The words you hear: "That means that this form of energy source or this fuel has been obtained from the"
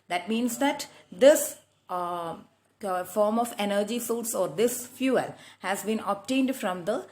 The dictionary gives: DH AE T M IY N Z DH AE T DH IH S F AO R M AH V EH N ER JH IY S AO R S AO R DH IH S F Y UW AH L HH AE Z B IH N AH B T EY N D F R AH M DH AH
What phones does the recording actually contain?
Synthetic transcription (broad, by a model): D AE T M IY N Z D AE T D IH S F AO R M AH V EH N ER JH IY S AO L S AO R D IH S F Y UW AH L HH AE Z B IH N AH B T EY N D F R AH M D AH